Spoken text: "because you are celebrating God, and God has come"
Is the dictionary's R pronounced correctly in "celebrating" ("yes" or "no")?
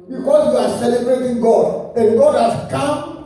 yes